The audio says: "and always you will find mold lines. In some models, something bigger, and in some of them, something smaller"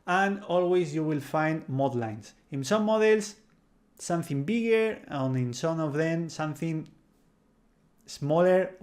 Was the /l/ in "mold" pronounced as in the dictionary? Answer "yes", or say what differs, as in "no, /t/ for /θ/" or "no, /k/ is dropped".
no, /l/ is dropped